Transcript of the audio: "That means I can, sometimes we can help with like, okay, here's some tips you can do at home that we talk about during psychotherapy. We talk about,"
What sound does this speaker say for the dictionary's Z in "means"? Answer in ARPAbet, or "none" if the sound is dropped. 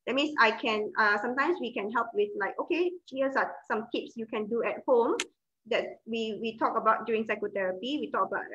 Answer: S